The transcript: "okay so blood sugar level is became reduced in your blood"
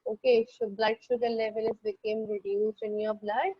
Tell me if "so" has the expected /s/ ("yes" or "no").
no